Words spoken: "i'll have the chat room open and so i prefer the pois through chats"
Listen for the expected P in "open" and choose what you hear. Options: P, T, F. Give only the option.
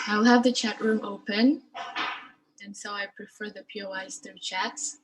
P